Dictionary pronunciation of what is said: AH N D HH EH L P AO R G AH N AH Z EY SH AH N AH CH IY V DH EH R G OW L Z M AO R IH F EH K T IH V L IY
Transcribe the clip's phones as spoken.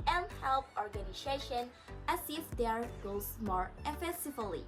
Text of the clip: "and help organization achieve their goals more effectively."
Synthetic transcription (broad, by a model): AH N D HH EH L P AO R G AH N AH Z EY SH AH N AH S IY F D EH R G OW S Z M AO R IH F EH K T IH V L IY